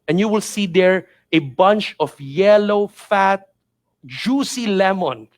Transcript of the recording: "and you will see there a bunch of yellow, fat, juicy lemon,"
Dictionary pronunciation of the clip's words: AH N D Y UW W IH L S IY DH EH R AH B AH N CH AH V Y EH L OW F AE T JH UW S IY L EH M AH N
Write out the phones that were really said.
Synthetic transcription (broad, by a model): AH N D Y UW W IH L S IY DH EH R AH B AH N CH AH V Y EH L OW F AE T JH UW S IY L EH M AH N